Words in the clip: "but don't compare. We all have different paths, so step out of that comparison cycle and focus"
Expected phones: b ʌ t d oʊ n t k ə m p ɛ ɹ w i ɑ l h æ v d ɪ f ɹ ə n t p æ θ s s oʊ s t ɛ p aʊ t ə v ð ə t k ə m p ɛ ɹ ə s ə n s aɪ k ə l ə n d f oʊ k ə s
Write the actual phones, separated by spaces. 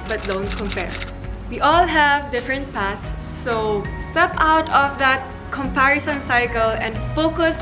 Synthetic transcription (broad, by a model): b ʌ t d oʊ n t k ə m p ɛ ɹ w i ɑ l h æ v d ɪ f ɹ ə n t p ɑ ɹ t s oʊ s t ɛ p aʊ t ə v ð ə t k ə m p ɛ ɹ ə s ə n s aɪ k ə l ə n d f oʊ k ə s